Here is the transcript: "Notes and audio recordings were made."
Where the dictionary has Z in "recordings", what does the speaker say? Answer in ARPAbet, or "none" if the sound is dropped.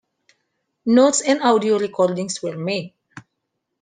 S